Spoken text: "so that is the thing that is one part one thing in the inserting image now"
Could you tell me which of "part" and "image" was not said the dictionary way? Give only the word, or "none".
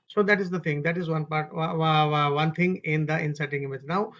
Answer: none